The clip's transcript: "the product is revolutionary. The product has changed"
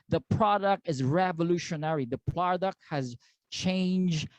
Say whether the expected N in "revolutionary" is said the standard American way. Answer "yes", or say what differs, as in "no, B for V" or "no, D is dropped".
yes